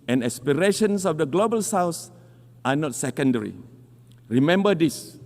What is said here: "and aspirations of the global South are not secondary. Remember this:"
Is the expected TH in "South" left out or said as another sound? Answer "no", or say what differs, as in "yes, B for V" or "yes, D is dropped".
yes, S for TH